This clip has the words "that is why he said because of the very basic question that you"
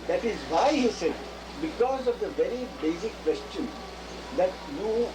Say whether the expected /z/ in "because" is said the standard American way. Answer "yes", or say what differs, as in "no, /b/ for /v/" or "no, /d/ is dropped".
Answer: yes